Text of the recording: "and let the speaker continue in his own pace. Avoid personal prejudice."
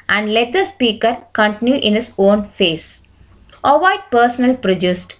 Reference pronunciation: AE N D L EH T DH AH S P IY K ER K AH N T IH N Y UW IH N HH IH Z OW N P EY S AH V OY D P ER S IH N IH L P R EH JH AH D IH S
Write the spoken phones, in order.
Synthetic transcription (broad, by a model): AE N D L EH T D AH S P IY K ER K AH N T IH N Y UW IH N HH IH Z OW N F EY S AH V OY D P ER S IH N IH L P R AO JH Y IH S